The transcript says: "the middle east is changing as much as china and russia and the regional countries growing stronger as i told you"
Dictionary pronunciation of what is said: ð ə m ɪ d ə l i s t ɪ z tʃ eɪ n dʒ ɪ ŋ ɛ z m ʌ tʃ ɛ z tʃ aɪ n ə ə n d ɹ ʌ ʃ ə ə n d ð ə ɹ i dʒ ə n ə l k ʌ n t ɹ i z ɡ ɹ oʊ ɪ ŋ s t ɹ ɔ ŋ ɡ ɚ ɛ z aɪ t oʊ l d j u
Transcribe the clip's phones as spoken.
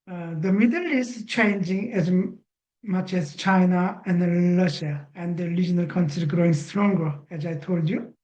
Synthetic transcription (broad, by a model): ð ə m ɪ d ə l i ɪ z tʃ eɪ n dʒ ɪ ŋ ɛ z m ʌ tʃ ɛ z tʃ aɪ n ə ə n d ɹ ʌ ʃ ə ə n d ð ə ɹ i dʒ ə n ə l k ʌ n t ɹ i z ɡ ɹ oʊ ɪ ŋ s t ɹ ɔ ŋ ɡ ɚ ɛ z aɪ t oʊ l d j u